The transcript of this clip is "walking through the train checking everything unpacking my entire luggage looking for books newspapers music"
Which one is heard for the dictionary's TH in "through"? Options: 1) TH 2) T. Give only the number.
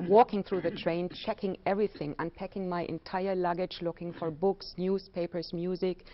1